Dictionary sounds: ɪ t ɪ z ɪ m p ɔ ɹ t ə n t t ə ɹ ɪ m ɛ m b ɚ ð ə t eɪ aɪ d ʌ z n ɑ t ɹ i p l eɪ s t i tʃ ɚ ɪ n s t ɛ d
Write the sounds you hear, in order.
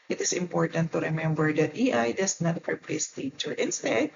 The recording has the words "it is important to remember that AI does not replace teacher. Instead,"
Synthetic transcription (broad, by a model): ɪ t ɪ s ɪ m p ɔ ɹ t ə n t t ə ɹ ɪ m ɛ m b ɚ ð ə t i aɪ d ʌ s n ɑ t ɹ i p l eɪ s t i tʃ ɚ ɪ n s t ɛ d